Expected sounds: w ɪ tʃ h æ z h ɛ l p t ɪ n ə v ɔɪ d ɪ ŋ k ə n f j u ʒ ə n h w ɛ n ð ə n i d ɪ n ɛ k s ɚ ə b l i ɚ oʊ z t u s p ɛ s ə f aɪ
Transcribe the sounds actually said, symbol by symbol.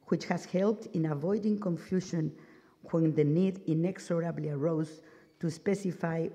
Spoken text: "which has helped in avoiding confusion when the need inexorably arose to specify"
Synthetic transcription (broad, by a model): w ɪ tʃ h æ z h ɛ l p t ɪ n ə v ɔɪ d ɪ ŋ k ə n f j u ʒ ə n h w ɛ n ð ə n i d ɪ n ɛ k s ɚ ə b l i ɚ oʊ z t u s p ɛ s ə f aɪ